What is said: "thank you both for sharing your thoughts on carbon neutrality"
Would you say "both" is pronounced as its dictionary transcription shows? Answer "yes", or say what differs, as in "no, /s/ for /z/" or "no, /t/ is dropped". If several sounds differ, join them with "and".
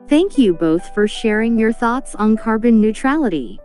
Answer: yes